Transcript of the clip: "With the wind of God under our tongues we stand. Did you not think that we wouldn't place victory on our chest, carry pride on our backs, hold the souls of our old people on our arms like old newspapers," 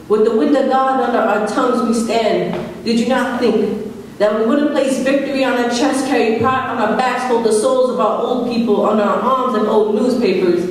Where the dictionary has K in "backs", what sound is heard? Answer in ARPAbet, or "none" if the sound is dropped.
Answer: none